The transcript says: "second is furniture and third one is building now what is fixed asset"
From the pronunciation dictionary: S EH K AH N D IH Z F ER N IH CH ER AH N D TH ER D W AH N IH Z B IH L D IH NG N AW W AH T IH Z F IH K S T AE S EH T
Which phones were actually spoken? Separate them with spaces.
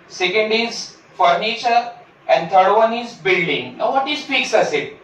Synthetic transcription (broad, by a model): S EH K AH N D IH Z F ER N IH CH ER AH N D T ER D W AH N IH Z B IH L D IH NG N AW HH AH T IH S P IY K S AH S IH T